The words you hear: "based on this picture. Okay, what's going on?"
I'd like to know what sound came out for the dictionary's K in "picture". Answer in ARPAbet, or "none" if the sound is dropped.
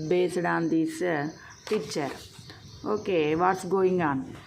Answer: none